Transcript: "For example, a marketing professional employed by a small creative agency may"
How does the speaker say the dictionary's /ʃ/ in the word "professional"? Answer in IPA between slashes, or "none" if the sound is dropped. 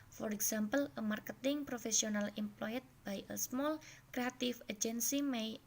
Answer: /s/